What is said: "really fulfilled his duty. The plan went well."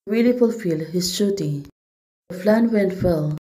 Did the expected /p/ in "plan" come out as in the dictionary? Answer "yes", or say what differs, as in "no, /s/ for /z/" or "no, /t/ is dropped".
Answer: no, /f/ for /p/